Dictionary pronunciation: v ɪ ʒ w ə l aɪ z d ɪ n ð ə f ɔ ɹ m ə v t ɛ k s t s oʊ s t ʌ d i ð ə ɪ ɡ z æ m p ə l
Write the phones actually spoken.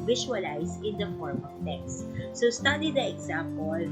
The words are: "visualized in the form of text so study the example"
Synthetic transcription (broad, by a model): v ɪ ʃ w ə l aɪ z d ɪ n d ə f ɔ ɹ m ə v t ɛ k s t s oʊ s t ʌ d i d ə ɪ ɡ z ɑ m p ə l